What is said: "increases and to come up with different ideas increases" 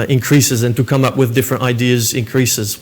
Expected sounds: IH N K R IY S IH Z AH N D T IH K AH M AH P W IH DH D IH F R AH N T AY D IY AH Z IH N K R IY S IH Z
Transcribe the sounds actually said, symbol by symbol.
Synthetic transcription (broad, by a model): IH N K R IY S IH Z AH N T IH K AH M AH P W IH DH D IH F R AH N T AY D IY AH Z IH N K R IY S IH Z